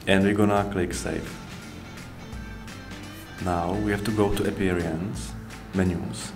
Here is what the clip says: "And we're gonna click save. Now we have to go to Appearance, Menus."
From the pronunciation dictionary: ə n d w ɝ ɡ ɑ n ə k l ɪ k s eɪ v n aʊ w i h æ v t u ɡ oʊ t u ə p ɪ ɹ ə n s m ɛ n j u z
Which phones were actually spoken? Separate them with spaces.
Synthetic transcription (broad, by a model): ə n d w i ɡ ɑ n ə k l ɪ k s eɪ f n aʊ w i h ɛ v t u ɡ oʊ t u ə p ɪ ɹ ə n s m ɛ n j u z